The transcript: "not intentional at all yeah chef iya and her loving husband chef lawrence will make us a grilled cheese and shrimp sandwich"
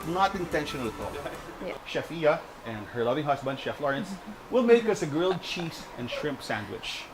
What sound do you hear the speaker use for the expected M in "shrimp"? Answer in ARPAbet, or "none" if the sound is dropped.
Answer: M